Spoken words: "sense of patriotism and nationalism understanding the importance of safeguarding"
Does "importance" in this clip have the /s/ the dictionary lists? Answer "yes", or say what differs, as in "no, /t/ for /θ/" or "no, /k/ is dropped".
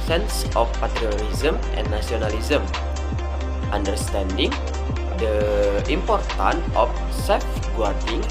no, /s/ is dropped